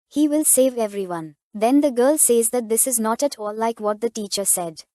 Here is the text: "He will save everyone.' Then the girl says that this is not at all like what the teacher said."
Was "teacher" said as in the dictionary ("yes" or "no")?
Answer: yes